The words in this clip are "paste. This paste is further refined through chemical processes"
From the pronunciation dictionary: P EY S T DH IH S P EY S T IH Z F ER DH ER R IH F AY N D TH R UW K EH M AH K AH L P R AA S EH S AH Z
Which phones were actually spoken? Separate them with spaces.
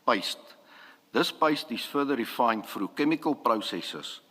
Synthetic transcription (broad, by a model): P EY S T DH IH S P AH S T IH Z F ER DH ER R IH F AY N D F R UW K EH M AH K AH L P R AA S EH S AH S